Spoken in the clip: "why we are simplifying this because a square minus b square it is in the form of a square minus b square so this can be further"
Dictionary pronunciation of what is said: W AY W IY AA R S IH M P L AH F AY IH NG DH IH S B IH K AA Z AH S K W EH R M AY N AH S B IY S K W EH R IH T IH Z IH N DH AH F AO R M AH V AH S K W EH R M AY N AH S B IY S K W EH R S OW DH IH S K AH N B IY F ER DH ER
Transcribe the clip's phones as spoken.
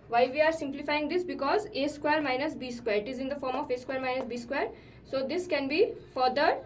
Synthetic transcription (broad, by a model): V AY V IY AA R S IH M P L AH F AY IH NG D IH S B IH K AA Z AH S K W EH R M AY N AH S B IY S K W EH R IH T IH Z IH N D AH F AO R M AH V AH S K W EH R M AY N AH S B IY S K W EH R S OW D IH S K AH N B IY F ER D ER